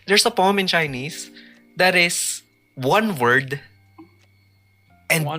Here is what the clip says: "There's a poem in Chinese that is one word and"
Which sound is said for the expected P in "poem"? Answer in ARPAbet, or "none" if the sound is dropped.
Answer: P